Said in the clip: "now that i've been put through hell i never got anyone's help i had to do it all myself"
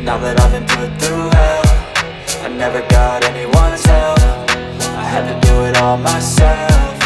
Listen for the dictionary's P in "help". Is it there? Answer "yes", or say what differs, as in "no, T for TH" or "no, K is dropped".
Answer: no, F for P